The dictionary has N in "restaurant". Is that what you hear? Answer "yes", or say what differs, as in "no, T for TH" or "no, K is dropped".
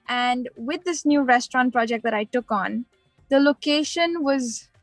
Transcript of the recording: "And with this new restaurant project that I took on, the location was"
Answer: yes